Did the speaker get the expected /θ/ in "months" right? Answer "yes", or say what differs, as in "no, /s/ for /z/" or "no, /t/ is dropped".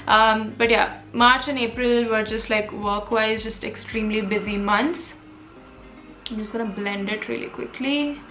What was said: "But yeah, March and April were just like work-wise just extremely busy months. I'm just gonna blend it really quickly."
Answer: no, /t/ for /θ/